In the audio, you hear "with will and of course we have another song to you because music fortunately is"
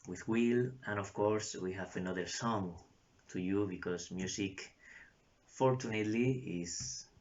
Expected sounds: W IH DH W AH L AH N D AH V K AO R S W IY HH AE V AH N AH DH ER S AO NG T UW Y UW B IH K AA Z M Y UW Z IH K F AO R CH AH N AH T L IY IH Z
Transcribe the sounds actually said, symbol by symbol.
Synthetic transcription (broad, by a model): W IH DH W AH L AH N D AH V K AO R S W IY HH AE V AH N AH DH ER S AO NG T UW Y UW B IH K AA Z M Y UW S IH K F AO R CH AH N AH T L IY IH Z